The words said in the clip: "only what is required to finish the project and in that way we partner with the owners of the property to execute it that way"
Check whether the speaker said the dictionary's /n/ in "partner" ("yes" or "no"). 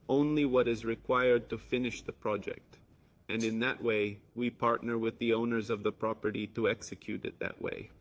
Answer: yes